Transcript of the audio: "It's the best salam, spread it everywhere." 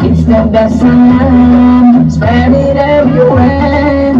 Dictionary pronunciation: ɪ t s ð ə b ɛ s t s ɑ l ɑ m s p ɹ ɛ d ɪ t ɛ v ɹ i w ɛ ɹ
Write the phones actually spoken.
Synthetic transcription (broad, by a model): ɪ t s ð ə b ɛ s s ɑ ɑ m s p ɛ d ɪ t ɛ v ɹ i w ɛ